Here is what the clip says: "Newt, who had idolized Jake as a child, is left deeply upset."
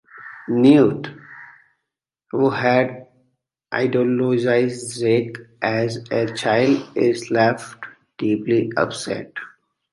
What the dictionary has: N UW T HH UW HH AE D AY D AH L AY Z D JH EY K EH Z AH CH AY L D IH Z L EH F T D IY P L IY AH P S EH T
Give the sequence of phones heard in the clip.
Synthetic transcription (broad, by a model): N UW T HH UW HH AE D AY D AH L AY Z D Z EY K EH Z AH CH AY L D IH Z L EH F T D IY P L IY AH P S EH T